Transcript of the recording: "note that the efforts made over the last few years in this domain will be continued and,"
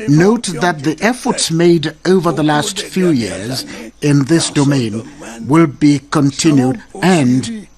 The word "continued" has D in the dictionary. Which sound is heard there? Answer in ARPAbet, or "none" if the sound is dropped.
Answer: D